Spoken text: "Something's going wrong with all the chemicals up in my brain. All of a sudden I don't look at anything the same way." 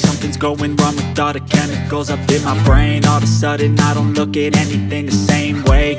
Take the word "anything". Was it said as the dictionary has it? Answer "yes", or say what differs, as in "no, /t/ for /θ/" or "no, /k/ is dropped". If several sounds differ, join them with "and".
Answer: yes